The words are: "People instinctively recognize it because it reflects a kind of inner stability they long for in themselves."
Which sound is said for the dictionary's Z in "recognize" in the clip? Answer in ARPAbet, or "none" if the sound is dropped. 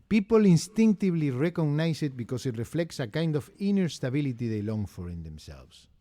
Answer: S